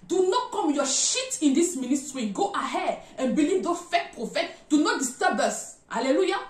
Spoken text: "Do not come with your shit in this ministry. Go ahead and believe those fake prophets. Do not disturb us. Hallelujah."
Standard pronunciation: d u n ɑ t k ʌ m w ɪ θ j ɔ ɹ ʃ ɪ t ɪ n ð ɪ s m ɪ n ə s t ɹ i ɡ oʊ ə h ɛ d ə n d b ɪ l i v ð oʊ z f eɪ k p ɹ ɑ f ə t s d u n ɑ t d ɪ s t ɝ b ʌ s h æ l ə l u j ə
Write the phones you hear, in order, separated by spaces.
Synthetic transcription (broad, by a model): d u n ɑ t k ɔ m j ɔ ʃ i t ɪ n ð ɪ s m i n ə s t ɹ i ɡ oʊ ə h ɛ d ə n b ɪ l i v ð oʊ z f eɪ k p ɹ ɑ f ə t d u n ɑ t d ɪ s t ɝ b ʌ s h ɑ l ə l u j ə